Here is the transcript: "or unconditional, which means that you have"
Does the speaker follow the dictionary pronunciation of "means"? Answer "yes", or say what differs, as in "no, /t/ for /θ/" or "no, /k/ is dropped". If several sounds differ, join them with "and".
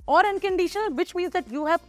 no, /n/ is dropped